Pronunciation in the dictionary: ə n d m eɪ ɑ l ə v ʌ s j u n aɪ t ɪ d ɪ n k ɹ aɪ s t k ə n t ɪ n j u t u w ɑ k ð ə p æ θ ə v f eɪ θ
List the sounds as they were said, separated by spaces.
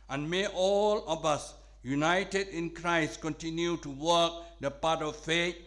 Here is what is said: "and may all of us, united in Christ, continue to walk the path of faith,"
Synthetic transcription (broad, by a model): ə n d m eɪ ɑ l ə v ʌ s j u n aɪ t ɪ d ɪ n k ɹ aɪ s t k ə n t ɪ n j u t u w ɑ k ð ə p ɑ t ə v f eɪ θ